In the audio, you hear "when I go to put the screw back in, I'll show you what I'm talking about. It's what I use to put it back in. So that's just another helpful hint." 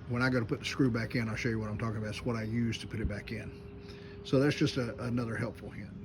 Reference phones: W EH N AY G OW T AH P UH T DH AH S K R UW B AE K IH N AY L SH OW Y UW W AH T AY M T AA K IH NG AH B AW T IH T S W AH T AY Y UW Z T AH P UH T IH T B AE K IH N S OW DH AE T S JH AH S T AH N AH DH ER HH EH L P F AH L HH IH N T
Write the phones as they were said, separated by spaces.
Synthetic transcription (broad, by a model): W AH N AY G OW T AH P UH T DH AH S K R UW B AE K IH N AY L SH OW Y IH W AH T AY M T AA K IH NG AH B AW IH T S W AH T AY Y UW Z T AH P UH T IH T B AE K IH N S OW DH AE T S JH AH S T AH N AH DH ER HH EH L P F L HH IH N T